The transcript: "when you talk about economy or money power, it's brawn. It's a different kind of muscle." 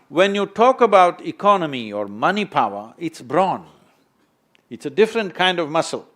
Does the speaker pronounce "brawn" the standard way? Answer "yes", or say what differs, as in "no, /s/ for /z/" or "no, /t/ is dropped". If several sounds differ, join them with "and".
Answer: yes